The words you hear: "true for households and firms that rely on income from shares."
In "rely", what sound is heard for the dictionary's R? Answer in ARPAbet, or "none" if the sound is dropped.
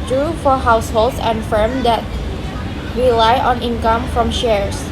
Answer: W